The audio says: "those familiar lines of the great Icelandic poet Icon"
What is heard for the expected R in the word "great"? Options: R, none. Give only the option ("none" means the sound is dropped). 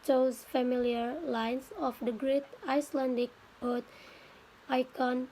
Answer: R